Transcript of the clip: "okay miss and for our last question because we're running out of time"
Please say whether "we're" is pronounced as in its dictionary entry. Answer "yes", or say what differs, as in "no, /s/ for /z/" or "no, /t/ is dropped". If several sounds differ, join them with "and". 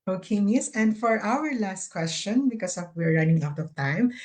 yes